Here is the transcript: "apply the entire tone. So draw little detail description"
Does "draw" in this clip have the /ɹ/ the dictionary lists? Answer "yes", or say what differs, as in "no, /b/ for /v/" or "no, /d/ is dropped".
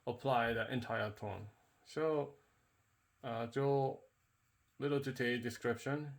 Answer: no, /ɹ/ is dropped